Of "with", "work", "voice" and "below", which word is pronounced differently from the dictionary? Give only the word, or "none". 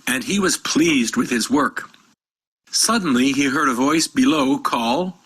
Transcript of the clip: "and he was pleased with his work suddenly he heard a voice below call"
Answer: none